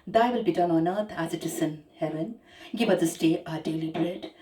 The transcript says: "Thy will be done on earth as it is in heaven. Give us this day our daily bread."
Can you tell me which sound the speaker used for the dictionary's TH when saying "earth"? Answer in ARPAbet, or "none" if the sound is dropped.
T